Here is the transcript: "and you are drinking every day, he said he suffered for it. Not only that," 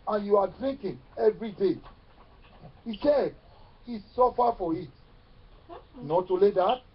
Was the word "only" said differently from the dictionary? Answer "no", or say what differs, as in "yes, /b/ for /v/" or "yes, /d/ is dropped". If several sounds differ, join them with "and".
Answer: yes, /n/ is dropped